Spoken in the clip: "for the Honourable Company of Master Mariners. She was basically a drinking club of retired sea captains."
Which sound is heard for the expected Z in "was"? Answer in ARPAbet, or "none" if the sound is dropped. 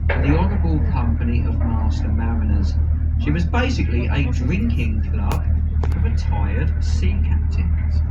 Z